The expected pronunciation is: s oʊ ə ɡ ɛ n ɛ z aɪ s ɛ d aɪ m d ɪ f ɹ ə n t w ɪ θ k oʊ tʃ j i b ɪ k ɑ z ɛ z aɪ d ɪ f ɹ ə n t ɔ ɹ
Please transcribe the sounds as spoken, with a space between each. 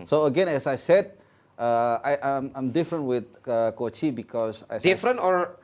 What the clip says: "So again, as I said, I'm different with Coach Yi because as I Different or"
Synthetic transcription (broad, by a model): s oʊ ə ɡ ɛ n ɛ s aɪ s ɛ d aɪ m d ɪ f ɹ ə n t w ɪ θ k oʊ tʃ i b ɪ k ɑ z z aɪ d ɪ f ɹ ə n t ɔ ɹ